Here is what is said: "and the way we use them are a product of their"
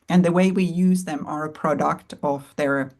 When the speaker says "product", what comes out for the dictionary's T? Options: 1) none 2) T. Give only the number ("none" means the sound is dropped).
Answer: 2